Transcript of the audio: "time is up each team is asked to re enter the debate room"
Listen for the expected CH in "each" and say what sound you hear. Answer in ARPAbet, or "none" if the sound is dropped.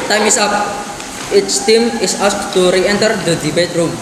S